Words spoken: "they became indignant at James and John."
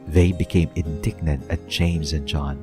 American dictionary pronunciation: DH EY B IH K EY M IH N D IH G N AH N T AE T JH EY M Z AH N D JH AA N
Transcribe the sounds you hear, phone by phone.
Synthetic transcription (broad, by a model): DH EY B IH K EY M IH N D IH G N AH N T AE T JH EY M Z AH N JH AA N